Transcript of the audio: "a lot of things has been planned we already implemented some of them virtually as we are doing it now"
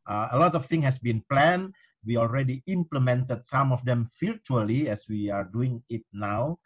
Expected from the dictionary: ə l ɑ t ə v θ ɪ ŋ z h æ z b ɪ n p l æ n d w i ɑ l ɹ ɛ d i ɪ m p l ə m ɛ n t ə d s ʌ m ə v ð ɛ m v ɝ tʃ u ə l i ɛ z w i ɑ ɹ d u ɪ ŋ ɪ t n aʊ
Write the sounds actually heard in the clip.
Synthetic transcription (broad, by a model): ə l ɑ t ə f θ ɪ ŋ h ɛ s b ɪ n p l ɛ n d w i ɑ l ɹ ɛ d i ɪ m p l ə m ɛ n t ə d s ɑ m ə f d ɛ m f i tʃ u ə l i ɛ s w i ɑ ɹ d u ɪ ŋ ɪ t n aʊ